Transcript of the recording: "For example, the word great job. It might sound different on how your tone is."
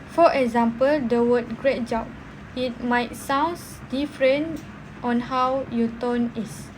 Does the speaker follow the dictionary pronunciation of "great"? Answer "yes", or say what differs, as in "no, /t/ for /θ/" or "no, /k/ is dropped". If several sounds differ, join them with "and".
yes